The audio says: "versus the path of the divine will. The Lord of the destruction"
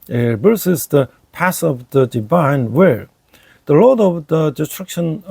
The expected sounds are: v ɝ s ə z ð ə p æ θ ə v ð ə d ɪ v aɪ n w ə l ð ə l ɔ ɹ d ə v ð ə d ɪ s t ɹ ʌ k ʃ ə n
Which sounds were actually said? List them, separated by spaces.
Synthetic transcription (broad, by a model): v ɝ s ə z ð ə p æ s ə v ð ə d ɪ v aɪ n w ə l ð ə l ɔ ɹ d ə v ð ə d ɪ s t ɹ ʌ k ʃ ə n